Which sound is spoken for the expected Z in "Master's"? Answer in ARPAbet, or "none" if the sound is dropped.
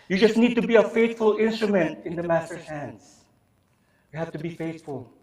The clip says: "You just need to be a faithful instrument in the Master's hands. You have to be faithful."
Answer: none